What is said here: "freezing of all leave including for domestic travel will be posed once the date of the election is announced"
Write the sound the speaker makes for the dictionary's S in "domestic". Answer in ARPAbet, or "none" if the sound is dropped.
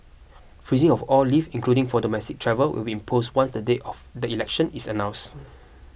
S